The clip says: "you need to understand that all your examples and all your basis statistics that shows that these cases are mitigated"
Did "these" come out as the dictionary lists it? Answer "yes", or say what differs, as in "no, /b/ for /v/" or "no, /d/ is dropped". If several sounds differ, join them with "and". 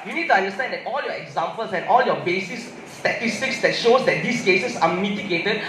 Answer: no, /s/ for /z/